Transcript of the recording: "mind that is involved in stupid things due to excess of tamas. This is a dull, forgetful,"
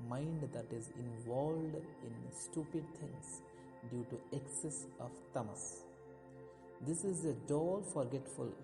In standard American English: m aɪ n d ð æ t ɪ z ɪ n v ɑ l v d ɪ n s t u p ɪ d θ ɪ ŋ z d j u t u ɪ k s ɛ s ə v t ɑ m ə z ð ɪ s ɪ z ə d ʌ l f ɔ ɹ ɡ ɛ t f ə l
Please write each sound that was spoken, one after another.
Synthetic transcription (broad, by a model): m aɪ n d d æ t ɪ z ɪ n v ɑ l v d ɪ n s t u p ɪ d t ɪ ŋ s d j u t u ɪ k s ɛ s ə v t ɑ m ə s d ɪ s ɪ z ə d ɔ l f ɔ ɹ ɡ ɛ t f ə l